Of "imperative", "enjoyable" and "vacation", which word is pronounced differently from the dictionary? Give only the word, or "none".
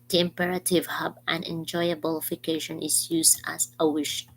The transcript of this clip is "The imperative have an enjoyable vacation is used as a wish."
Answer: vacation